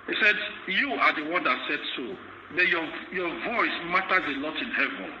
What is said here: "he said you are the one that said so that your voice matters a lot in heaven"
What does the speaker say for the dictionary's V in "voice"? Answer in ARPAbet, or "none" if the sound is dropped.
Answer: V